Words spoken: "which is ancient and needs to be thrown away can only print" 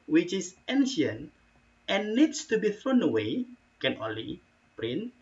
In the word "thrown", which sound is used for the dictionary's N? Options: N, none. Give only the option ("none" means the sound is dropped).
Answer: N